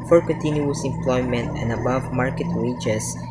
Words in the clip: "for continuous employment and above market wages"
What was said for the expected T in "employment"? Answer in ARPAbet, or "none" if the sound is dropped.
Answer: T